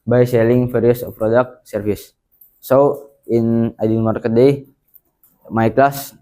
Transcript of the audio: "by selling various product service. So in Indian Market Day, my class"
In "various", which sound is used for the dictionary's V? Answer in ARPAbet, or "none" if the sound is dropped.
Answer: F